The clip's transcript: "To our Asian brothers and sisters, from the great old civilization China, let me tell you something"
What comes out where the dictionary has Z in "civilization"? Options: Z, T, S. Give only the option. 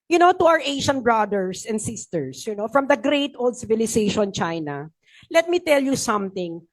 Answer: S